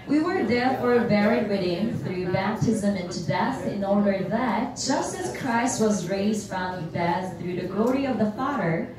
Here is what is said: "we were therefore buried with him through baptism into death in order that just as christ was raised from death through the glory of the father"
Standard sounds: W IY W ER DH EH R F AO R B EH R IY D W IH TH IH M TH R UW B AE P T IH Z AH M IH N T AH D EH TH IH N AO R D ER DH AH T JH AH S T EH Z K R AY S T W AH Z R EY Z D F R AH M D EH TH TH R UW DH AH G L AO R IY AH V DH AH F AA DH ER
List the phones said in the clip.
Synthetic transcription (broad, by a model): W IY W ER DH EH R F AO R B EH R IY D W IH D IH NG TH R UW B AE P T IH Z AH M IH N T AH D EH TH IH N AO R D ER DH AH T JH AH S T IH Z K R AY S T W AH Z R EY Z D F R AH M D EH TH TH R UW DH AH G L AO R IY AH V DH AH F AA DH ER